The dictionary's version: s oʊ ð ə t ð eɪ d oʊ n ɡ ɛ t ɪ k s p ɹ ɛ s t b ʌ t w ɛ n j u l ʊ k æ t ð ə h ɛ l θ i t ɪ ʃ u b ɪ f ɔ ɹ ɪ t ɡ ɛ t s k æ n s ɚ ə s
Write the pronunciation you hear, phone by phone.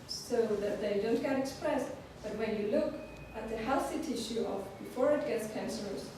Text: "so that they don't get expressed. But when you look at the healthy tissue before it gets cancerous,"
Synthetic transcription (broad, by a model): s oʊ ð ə t ð eɪ d oʊ n ɡ ɛ t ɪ k s p ɹ ɛ s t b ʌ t w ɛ n j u l ʊ k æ t ð ə h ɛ l s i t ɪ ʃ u b ɪ f ɔ ɹ ɪ t ɡ ɛ t s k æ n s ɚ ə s